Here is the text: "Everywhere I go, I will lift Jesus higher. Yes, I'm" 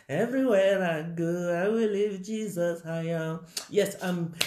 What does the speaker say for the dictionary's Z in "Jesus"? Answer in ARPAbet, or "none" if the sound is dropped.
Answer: Z